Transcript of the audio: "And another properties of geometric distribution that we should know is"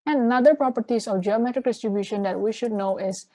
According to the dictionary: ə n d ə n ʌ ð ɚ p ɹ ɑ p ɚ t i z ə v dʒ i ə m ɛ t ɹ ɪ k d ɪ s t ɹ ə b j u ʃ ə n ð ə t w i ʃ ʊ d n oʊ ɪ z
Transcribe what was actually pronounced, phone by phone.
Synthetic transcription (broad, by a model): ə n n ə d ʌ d p ɹ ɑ p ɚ t i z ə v dʒ i ə m ɛ t ɹ ɪ k d ɪ s t ɹ ə b j u ʃ ə n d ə t w i ʃ ʊ d n oʊ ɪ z